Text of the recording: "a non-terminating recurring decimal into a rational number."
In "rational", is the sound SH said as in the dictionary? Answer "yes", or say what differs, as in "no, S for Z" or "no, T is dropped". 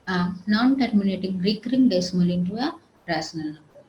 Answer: no, S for SH